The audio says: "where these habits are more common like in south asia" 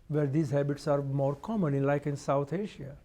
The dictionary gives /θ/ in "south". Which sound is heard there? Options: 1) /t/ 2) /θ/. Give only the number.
1